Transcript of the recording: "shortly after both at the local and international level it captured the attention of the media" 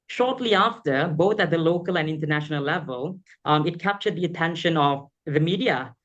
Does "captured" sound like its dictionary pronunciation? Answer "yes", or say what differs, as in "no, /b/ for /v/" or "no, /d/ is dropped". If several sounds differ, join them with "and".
yes